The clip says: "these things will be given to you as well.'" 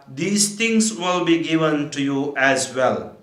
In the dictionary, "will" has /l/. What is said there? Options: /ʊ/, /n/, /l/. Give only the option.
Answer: /l/